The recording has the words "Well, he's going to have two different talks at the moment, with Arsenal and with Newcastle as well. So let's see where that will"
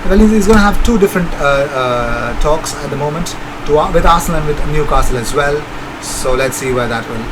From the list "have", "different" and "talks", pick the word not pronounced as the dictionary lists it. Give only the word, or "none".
none